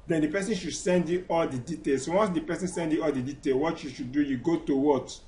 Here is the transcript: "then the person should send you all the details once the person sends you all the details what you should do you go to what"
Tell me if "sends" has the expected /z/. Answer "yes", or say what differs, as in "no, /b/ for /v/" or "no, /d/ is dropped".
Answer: no, /z/ is dropped